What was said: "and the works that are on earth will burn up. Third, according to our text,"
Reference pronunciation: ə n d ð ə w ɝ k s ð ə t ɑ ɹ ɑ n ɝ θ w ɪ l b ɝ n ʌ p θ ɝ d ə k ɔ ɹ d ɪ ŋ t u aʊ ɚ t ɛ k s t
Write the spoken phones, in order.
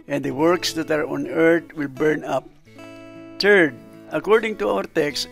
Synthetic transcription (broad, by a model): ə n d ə w ɝ k s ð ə t ɑ ɹ ɑ n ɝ t w ɪ l b ɝ n ʌ p t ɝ d ə k ɔ ɹ d ɪ ŋ t u aʊ ɚ t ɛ k s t